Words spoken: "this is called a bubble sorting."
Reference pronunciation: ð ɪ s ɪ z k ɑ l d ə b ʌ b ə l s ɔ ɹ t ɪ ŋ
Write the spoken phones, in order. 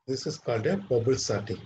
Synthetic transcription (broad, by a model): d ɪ s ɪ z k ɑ d ə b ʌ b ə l s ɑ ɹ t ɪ